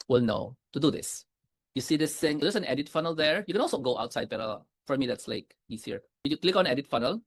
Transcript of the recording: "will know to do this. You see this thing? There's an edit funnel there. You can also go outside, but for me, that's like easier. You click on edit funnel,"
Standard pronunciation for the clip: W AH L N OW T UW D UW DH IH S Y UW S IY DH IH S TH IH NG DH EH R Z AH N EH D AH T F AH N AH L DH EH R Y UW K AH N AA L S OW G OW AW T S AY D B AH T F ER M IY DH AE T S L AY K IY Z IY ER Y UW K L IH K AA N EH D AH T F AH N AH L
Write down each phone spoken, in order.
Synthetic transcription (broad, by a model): W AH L N OW T UW D UW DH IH S Y UW S IY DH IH S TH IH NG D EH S AH N EH D AH T F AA N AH L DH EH R Y UW K AH N AA L S OW G OW AW T S AY D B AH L F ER M IY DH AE T S L AY K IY S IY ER Y UW K L IH K AA N EH D AH T F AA N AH L